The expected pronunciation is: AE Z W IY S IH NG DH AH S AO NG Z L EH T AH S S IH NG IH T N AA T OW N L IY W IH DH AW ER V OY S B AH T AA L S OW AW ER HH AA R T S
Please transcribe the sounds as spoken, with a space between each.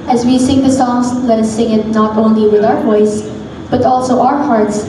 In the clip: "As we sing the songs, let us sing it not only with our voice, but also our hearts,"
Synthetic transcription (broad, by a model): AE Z W IY S IH NG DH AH S AO NG S L EH T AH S S IH NG IH T N AA T OW N L IY W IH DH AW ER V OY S B AH T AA L S OW AW ER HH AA R T S